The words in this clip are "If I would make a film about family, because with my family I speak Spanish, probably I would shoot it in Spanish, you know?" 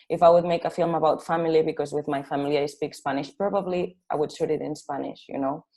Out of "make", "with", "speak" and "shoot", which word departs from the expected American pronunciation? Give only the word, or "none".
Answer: shoot